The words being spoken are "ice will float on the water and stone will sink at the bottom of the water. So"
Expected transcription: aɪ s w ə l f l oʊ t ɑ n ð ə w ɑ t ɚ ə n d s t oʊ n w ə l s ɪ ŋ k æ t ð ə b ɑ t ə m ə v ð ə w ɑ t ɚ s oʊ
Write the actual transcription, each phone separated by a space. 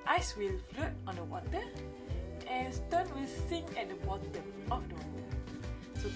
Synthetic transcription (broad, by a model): aɪ s w ə l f l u t ɑ n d ə w ɑ t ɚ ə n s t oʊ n w ə l s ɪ ŋ ɛ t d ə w ɑ t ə ə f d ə w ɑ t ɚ s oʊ